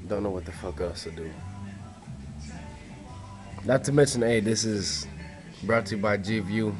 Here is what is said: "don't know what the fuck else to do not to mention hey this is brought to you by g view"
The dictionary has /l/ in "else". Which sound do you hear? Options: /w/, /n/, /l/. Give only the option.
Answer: /n/